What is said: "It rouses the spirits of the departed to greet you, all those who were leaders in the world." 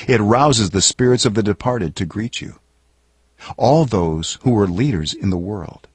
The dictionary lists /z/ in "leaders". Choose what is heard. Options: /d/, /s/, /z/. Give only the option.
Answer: /z/